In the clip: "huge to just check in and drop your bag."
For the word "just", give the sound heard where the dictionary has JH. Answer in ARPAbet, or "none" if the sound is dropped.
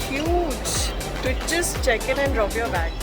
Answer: CH